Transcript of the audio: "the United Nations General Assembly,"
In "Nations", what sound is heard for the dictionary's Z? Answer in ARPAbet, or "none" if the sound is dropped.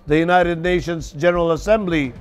Z